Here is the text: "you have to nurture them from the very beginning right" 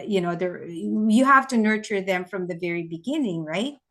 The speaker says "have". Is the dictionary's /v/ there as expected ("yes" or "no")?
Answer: no